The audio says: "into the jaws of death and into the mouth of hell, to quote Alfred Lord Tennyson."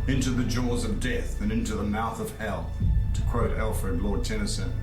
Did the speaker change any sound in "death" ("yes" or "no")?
no